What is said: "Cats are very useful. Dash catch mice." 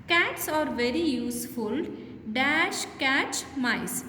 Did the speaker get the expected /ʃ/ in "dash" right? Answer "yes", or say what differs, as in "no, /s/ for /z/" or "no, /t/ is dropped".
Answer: yes